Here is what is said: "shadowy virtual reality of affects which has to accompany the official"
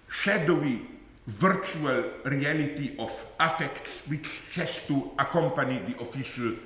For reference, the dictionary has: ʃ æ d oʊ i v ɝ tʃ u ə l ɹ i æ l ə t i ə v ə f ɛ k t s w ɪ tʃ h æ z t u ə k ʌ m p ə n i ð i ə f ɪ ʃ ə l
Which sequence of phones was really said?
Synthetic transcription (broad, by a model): ʃ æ d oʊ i v ɝ tʃ u ə l ɹ i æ l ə t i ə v ə f ɛ k t s w ɪ tʃ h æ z t u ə k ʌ m p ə n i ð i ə f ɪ ʃ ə l